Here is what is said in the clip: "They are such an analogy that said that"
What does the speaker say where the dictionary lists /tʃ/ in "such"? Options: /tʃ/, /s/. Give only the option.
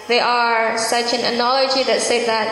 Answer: /tʃ/